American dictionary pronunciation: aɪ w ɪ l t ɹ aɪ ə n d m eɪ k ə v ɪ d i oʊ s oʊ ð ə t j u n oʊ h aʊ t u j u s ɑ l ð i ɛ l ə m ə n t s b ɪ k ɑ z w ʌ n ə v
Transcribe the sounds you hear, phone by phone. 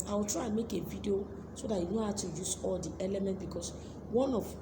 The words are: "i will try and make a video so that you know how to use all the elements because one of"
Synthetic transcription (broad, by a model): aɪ w ɪ l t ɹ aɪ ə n m eɪ k ə v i d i oʊ s oʊ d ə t j u n oʊ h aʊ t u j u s ɑ l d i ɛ l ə m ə n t b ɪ k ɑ s w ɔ n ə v